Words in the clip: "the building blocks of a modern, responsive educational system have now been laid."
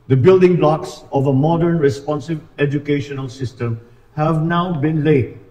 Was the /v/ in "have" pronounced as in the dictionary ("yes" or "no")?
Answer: yes